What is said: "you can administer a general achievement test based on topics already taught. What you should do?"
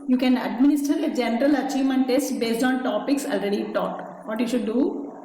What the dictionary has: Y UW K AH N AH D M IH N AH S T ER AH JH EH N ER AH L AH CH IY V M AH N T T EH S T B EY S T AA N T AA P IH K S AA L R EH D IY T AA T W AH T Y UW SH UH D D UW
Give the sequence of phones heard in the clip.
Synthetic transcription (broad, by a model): Y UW K AH N AH D M IH N AH S T ER AH JH EH N ER AH L AH CH IY V M AH N T T EH S T B EY S T AA N T AA P IH K S AA L R EH D IY T AA T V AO T Y UW SH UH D D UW